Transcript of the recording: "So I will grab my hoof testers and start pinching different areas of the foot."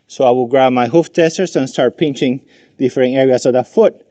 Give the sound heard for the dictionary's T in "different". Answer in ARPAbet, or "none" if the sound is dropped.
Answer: none